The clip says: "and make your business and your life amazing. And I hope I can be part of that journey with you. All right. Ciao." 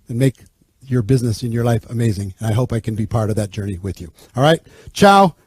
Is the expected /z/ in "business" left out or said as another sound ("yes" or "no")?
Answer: no